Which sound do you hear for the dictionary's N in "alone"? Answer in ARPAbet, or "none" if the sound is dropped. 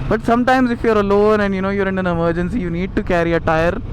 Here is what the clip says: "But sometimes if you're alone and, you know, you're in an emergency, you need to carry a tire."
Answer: N